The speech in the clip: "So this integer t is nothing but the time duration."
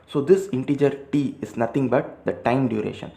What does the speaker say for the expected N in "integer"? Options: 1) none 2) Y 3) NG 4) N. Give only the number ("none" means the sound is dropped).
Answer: 4